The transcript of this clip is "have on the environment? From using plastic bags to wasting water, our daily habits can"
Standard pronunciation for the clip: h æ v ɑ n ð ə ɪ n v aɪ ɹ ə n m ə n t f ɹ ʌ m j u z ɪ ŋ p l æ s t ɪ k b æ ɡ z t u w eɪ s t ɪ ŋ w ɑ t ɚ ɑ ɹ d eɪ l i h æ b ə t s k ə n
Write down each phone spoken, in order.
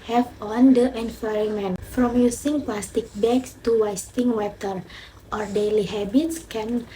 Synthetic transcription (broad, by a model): h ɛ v ɑ n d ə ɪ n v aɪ ɹ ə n m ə n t f ɹ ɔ m j u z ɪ ŋ p l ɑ s t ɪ k b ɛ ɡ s t u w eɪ s t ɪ ŋ w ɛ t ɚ ɑ ɹ d eɪ l i h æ b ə t s k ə n